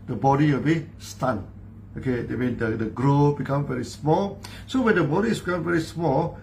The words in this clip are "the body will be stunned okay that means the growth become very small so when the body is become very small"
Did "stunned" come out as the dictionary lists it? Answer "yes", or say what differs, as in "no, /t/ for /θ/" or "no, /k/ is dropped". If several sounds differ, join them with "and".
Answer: no, /d/ is dropped